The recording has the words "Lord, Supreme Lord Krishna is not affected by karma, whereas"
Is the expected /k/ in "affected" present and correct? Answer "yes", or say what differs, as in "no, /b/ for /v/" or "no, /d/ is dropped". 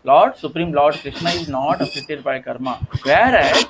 no, /k/ is dropped